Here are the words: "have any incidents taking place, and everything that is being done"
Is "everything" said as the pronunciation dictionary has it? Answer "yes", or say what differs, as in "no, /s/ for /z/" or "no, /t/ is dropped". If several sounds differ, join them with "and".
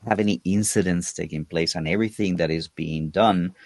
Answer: yes